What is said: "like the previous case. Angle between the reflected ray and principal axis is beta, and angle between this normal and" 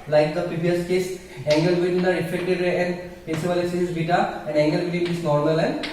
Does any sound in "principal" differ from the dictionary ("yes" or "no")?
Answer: yes